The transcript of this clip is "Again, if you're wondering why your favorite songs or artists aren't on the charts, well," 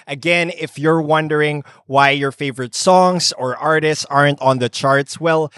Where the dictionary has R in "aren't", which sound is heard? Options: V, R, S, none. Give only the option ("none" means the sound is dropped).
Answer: R